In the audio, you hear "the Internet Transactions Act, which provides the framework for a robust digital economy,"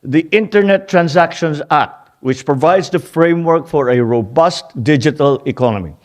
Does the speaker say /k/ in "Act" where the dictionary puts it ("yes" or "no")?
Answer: no